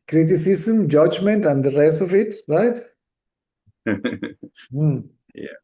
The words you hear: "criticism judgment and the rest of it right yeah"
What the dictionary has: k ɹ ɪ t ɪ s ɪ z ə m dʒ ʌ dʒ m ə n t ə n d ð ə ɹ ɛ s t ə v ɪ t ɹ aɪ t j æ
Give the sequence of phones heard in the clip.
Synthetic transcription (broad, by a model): k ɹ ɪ t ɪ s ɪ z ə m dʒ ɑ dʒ m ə n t ə n d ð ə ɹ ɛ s ə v ɪ t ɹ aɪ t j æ